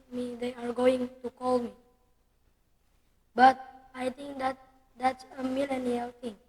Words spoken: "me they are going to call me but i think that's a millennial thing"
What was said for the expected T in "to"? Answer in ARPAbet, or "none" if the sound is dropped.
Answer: T